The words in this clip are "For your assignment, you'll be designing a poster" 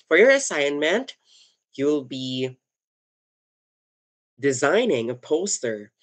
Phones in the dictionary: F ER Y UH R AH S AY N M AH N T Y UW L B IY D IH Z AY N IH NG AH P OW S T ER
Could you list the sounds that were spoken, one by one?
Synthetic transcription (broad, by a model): F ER Y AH R AH S AY N M AH N T Y UW L B IY D IH Z AY N IH NG AH P OW S T ER